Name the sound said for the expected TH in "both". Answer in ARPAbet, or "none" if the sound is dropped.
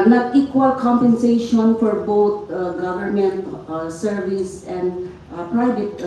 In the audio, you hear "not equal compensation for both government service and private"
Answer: T